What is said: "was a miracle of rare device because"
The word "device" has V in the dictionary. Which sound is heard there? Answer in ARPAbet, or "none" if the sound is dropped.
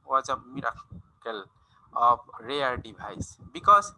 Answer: B